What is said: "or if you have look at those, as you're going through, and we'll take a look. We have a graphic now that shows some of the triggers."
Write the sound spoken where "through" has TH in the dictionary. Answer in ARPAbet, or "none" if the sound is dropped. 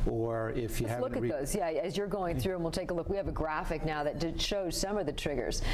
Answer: TH